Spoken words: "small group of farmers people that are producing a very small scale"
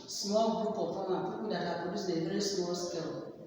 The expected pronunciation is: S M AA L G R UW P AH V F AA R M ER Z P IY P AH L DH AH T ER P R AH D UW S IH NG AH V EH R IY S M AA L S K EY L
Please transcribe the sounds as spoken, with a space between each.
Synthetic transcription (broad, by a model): S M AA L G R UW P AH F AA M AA P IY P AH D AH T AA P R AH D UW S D AH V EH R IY S M AA L S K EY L